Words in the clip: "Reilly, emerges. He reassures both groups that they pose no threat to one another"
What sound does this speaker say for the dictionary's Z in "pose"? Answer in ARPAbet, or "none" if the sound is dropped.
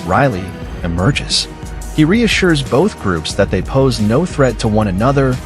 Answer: Z